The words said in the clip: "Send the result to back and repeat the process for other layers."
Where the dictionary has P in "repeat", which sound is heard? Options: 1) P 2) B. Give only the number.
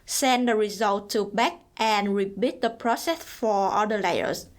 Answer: 2